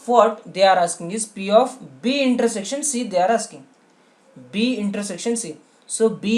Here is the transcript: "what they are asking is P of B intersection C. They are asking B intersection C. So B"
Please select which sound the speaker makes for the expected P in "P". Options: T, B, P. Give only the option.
P